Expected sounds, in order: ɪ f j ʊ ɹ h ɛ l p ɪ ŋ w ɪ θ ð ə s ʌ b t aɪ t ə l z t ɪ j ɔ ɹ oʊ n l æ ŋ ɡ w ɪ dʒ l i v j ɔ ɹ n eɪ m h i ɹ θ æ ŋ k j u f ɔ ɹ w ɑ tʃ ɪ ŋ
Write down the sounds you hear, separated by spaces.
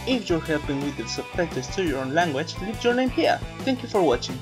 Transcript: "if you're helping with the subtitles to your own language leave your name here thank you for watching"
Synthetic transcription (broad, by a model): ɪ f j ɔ ɹ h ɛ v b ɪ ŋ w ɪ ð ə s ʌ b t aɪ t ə z t ɪ j ɔ ɹ oʊ n l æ ŋ ɡ w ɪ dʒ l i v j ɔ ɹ n eɪ m h i ɹ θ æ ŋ k j u f ɔ ɹ w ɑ tʃ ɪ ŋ